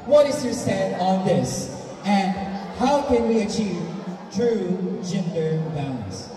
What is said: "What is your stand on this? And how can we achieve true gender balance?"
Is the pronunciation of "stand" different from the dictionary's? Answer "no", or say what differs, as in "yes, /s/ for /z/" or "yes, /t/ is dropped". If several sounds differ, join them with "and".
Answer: yes, /n/ is dropped